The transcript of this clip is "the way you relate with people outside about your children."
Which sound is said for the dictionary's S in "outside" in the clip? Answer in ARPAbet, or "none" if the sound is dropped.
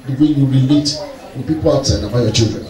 none